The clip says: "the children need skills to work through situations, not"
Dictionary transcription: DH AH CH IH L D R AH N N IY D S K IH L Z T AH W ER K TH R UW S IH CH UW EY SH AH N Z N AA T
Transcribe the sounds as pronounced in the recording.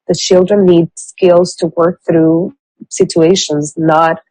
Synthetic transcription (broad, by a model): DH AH CH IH L D R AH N N IY D S K IH L Z T AH W ER K TH R UW S IH CH UW EY SH AH N Z N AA T